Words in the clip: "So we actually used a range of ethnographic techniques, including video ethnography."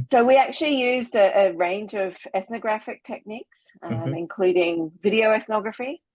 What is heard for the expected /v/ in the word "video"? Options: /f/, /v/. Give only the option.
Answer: /v/